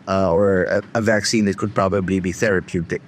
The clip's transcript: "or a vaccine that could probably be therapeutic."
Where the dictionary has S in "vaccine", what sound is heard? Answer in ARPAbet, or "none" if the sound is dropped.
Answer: S